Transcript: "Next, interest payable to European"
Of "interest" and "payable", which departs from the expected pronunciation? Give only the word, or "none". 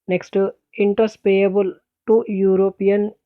interest